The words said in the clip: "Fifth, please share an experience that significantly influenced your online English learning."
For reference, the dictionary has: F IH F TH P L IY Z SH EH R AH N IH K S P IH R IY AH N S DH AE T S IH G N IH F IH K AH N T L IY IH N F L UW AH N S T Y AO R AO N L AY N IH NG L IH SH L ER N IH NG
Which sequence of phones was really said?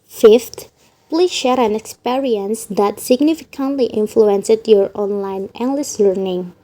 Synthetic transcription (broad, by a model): F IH F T P L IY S SH EH R AH N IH K S P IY R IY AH N S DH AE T S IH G N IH F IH K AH N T L IY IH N F L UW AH N S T Y AO R AO N L AY N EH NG L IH S L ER N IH NG